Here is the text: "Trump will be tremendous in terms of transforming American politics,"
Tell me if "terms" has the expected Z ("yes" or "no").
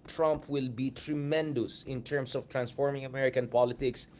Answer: no